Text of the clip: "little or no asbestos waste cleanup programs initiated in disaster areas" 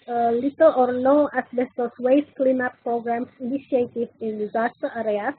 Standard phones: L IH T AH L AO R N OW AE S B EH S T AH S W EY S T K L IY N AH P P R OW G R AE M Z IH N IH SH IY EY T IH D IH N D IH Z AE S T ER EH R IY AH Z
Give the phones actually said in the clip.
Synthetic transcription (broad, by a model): L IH T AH L AO R N OW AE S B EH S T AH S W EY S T K L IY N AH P P R OW G R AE M S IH N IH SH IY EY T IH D IH N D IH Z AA S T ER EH R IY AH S